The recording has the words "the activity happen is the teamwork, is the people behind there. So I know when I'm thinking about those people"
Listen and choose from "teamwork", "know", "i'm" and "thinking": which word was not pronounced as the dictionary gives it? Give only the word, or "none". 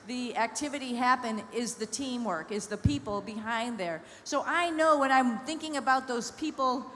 none